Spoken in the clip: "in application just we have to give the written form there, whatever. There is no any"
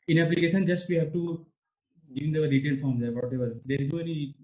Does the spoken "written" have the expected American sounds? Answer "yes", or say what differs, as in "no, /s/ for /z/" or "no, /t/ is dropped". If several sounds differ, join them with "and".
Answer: no, /l/ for /n/